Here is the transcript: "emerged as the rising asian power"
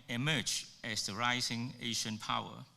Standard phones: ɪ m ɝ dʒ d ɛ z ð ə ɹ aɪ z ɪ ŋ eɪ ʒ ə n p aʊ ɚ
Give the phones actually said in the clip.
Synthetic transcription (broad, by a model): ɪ m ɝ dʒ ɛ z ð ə ɹ aɪ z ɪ ŋ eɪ ʃ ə n p aʊ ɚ